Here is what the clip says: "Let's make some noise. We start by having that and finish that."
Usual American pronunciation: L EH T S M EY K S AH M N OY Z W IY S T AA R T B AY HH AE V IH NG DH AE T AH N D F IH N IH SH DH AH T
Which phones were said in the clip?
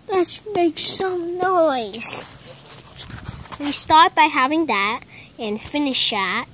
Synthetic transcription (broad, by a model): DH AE T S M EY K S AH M N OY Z W IY S T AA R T B AY HH AE V IH NG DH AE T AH N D F IH N IH SH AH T